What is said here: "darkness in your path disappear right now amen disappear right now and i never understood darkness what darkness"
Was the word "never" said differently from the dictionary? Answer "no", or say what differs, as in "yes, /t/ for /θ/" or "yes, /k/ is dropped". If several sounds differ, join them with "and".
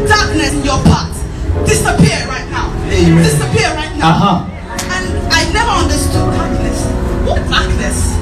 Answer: no